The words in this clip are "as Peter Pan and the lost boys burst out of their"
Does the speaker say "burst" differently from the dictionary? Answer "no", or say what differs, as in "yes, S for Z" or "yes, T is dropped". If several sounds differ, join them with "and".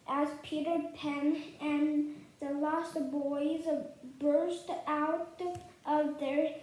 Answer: no